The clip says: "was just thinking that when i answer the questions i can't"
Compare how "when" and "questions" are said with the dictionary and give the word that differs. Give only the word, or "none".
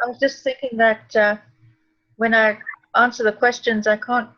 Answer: none